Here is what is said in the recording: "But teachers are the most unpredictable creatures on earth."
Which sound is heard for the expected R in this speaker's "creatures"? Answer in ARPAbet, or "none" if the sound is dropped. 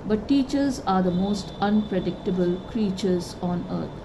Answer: R